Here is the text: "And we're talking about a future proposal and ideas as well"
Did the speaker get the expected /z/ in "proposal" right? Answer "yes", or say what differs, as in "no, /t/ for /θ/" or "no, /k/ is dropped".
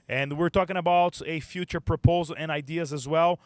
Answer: yes